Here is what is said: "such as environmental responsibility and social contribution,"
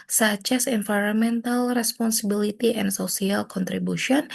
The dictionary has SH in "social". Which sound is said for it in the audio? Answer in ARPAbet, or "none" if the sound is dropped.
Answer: S